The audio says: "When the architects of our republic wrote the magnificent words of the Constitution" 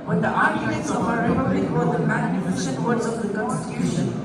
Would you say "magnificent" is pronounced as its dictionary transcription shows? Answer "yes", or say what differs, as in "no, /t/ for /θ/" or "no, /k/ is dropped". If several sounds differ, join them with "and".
no, /ʃ/ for /s/